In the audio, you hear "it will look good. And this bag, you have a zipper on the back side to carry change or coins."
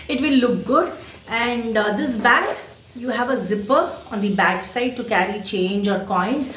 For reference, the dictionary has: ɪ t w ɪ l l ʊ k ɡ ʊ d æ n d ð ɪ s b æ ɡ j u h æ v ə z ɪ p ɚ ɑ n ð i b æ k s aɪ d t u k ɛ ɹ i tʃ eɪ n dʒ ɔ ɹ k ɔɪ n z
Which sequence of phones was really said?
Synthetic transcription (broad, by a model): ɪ t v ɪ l l ʊ k ɡ ʊ d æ n d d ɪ s b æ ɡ j u h æ v ə z ɪ p ɚ ɑ n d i b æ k s aɪ d t u k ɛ ɹ i tʃ eɪ n dʒ ɔ ɹ k ɔɪ n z